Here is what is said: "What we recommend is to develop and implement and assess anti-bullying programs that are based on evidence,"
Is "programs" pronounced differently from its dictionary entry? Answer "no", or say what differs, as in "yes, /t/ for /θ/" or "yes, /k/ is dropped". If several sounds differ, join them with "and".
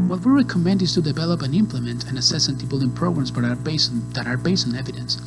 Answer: yes, /s/ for /z/